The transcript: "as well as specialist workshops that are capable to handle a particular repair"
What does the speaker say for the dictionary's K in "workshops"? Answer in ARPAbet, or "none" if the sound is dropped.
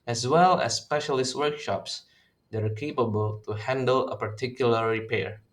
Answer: K